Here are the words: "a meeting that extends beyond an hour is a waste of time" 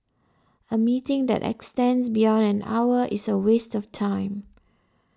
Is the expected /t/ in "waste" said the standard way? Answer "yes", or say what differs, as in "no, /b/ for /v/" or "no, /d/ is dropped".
yes